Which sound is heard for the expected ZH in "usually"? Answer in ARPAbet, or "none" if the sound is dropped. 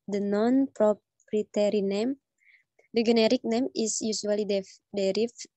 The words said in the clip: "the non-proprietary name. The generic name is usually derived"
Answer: S